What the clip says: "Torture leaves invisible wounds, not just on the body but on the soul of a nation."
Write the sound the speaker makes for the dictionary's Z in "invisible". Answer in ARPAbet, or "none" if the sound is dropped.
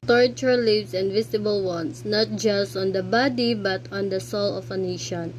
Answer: S